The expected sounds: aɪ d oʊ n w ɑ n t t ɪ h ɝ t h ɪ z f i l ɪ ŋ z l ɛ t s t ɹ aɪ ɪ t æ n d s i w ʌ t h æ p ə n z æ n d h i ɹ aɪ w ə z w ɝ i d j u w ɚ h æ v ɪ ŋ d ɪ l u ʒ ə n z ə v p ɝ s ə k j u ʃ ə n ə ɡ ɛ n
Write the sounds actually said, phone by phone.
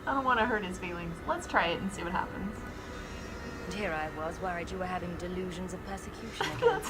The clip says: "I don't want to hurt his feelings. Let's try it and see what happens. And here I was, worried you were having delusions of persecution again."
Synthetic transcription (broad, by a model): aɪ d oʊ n w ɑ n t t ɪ h ɝ t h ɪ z f i l ɪ ŋ z l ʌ t s t ɹ aɪ ɪ t n s i w ʌ t h æ p ə n z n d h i ɹ aɪ w ə z w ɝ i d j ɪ w ɚ h æ v ɪ ŋ d ɪ l u ʒ ə n z ə v p ɝ s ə k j u ʃ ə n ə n